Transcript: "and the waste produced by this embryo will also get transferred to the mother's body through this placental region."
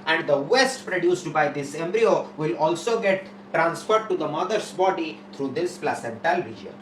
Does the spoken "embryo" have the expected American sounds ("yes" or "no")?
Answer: yes